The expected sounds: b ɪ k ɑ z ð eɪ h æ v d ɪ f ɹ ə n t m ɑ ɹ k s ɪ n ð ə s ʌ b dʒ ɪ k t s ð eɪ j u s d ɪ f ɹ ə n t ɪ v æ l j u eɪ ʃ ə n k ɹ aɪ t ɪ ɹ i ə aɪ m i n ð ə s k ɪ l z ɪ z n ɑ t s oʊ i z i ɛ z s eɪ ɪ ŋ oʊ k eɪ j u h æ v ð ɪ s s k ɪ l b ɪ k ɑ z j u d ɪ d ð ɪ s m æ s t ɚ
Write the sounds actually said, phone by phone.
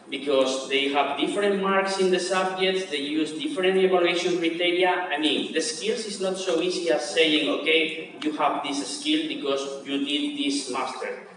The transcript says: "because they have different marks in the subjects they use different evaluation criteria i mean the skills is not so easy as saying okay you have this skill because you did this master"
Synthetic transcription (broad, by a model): b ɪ k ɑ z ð eɪ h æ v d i f ɹ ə n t m ɑ ɹ k s ɪ n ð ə s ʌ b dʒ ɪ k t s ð eɪ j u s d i f ɹ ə n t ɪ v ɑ l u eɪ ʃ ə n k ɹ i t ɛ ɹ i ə aɪ m i n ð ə s k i l s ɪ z n ɑ t s oʊ i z i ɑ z s eɪ ɪ ŋ oʊ k eɪ j u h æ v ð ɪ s s k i l b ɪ k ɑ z j u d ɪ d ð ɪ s m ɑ s t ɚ